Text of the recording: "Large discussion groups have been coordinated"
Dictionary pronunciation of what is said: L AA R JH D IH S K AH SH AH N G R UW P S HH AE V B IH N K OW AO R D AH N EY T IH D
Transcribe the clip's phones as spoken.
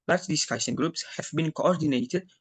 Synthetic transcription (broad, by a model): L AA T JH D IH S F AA S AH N G R UW P S HH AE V B IH N K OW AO R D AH N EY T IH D